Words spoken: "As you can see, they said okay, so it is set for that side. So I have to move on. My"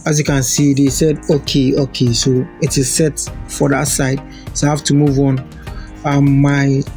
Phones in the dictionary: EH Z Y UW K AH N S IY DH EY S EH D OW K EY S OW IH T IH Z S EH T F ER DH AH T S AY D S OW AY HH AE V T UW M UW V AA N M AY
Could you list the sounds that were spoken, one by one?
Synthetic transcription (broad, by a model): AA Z Y UW K AH N S IY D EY S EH D OW K EY S OW IH T IH Z S EH T F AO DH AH T S AY D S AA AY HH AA F T UW M UW V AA N M AY